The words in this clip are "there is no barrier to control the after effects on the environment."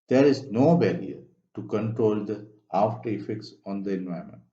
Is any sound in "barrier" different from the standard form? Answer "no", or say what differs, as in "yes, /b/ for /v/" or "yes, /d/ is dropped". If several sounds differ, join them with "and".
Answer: yes, /l/ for /ɹ/